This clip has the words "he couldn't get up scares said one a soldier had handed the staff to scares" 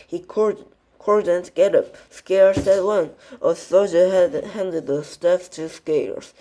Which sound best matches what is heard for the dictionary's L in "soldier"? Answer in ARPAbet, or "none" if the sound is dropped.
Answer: none